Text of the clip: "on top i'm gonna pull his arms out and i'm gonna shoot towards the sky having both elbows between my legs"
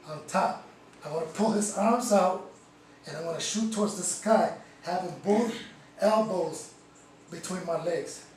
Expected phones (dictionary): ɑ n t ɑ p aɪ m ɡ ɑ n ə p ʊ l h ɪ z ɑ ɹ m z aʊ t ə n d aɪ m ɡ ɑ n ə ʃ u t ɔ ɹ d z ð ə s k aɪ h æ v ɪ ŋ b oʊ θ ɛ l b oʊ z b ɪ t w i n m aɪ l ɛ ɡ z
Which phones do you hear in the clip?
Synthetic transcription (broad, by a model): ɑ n t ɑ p aɪ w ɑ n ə p ʊ l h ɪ z ɑ ɹ m z aʊ t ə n aɪ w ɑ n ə ʃ u t ɔ ɹ d z ð ə s k aɪ h æ v ɪ ŋ b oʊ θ ɛ l b oʊ z b ɪ t w i n m aɪ l ɛ ɡ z